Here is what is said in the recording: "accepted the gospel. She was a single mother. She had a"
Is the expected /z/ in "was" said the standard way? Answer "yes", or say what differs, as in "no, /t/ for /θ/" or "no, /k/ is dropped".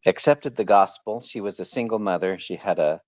yes